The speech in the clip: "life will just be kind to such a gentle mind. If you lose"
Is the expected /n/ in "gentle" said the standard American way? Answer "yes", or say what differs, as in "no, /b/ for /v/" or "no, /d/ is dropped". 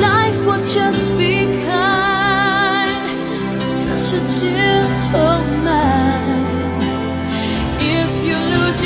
no, /l/ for /n/